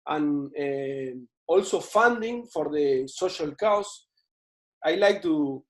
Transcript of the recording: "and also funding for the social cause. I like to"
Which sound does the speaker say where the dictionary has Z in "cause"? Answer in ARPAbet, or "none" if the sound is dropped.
S